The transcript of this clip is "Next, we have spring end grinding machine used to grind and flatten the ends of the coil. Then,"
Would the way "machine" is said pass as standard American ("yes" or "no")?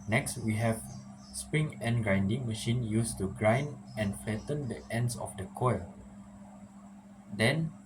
yes